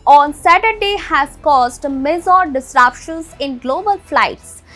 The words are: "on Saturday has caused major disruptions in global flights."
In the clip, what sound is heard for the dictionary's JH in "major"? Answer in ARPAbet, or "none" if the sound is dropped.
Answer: Z